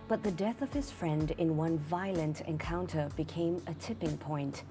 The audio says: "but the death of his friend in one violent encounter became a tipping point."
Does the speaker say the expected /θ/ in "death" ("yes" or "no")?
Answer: yes